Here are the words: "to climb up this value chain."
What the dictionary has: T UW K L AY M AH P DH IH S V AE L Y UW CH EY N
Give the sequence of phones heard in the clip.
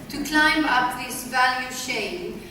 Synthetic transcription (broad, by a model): T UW K L AY M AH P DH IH S V AE L Y UW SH EY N